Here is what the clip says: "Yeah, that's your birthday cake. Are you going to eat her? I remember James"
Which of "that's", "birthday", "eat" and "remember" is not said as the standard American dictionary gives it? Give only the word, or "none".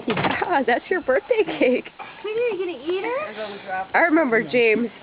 none